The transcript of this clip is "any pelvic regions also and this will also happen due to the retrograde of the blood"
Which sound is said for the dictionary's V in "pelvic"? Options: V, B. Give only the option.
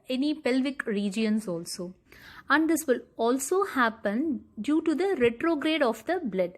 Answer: V